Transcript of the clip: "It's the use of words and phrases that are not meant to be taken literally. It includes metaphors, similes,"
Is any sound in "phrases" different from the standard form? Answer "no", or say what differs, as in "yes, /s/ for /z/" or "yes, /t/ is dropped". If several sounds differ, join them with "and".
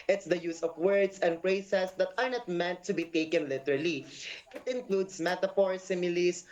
yes, /p/ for /f/ and /s/ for /z/